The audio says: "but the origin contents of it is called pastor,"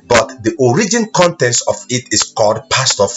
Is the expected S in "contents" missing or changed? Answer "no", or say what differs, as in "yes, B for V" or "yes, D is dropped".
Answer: yes, S is dropped